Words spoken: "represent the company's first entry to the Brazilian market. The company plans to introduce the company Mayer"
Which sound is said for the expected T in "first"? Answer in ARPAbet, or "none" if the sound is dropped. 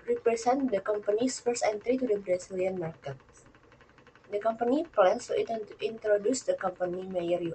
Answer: none